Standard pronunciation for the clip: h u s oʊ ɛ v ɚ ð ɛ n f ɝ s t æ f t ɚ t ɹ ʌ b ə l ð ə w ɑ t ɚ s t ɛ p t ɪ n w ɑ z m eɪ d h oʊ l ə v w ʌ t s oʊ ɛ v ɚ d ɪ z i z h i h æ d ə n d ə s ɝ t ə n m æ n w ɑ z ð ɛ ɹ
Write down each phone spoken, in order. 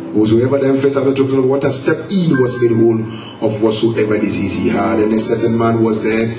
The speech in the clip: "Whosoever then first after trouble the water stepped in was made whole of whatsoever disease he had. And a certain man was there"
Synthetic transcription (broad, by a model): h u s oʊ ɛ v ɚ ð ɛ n f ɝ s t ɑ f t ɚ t ɔ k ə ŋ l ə w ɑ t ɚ s t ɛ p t ɪ n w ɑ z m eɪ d h oʊ l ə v w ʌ t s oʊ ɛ v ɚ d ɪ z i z h i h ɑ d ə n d ə s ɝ t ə n m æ n w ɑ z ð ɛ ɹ